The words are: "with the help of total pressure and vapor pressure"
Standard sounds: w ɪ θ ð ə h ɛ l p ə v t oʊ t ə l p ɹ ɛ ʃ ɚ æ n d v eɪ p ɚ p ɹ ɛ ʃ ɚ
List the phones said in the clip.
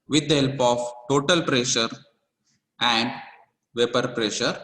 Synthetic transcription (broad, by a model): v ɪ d h ɛ l p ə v t oʊ t ə l p ɹ ɛ ʃ ɚ æ n d v eɪ p ɚ p ɹ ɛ ʃ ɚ